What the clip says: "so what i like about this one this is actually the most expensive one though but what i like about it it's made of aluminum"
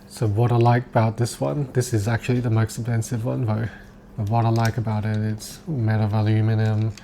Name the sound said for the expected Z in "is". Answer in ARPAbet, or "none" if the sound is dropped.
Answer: Z